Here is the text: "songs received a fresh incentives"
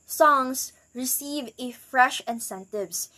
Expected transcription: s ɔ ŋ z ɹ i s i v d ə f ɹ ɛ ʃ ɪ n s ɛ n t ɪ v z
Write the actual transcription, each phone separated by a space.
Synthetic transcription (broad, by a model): s ɔ ŋ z ɹ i s i v ə f ɹ ɛ ʃ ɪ n s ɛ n t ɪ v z